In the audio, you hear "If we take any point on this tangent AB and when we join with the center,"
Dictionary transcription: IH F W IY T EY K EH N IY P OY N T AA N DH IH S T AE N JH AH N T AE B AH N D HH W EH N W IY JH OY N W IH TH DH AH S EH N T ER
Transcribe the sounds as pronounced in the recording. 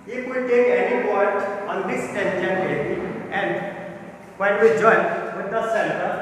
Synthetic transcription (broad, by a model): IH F W IY T EY K EH N IY B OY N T AA N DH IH S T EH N SH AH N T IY AH N D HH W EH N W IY JH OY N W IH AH S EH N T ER